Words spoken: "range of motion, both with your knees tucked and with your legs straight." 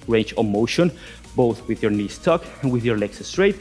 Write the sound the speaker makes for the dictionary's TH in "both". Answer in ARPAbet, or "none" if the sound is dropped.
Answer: TH